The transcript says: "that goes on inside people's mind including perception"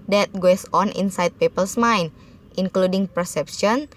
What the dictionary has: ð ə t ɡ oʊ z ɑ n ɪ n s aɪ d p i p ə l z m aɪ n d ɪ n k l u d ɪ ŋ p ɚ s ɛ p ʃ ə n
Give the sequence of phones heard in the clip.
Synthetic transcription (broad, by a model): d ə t ɡ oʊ s ɑ n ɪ n s aɪ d p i p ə l s m aɪ n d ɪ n k l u d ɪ ŋ p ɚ s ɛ p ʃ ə n